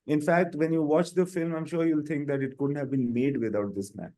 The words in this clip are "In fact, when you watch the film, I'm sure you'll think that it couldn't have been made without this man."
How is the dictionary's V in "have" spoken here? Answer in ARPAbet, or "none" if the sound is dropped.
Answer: V